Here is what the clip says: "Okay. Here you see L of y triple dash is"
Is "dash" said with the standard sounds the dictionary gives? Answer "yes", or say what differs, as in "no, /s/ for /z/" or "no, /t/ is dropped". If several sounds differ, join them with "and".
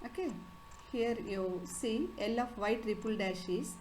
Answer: yes